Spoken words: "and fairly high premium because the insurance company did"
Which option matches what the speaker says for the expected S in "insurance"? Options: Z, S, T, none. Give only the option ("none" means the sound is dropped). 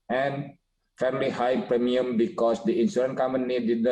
none